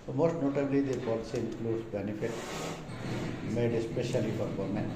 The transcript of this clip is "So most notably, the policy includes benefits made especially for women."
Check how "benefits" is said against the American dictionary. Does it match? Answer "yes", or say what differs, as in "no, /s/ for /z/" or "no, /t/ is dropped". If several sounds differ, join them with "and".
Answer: no, /s/ is dropped